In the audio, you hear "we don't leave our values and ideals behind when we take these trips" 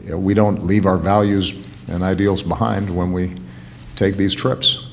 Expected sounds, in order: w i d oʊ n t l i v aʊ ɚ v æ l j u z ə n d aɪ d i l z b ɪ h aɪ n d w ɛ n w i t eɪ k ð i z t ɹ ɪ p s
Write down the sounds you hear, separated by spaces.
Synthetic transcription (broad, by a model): w i d oʊ n t l i v aʊ ɚ v æ l j u z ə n aɪ d i l z b ɪ h aɪ n d w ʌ n w i t eɪ k ð i z t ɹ ɪ p s